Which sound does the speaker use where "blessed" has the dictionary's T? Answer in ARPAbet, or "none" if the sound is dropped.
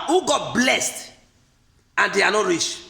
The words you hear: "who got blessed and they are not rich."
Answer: T